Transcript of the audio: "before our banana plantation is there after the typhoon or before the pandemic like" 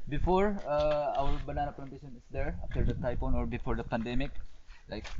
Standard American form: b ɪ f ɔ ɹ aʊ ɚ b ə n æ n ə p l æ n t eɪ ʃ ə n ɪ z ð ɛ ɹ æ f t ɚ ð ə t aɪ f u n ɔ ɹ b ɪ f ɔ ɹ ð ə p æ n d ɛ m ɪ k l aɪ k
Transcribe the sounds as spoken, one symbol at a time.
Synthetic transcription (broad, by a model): b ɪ f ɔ ɹ aʊ ɚ b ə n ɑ n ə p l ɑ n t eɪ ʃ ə n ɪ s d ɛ ɹ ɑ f t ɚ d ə t aɪ p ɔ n ɔ ɹ b ɪ f ɔ ɹ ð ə p æ n d ɛ m ɪ k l aɪ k